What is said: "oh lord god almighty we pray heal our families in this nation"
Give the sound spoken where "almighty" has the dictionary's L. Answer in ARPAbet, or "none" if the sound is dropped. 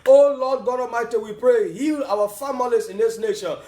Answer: none